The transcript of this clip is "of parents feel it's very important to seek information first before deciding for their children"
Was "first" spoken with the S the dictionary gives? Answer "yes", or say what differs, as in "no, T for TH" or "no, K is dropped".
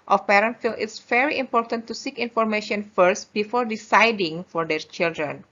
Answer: yes